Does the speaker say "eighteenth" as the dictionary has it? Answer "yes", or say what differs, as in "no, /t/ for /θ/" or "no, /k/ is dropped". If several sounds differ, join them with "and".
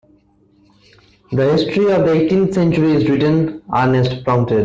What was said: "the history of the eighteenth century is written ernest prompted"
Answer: no, /t/ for /θ/